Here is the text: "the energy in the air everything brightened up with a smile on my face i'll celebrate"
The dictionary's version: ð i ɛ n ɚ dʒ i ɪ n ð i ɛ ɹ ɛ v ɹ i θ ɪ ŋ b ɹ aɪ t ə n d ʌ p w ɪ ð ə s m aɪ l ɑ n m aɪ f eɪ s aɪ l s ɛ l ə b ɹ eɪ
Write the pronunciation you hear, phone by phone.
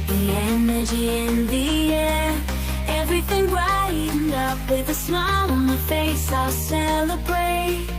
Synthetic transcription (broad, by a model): ð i ɛ n ɚ dʒ i ɪ n ð i ɛ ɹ ɛ v ɹ i θ ɪ ŋ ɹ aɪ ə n ʌ p w ɪ ð ə s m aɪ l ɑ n m aɪ f eɪ s aɪ l s ɛ l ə b ɹ eɪ